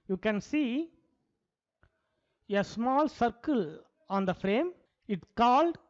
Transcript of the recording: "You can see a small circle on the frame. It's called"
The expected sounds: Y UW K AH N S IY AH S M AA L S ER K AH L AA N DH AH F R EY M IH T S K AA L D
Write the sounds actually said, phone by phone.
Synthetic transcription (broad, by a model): Y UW K AH N S IY AH S M AA L S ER K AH L AA N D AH F R EY M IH T K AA L D